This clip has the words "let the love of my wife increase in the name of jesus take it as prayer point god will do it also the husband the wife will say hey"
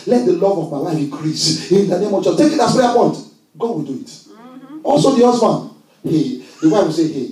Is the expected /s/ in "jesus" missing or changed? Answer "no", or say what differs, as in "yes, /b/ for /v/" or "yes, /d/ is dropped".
yes, /s/ is dropped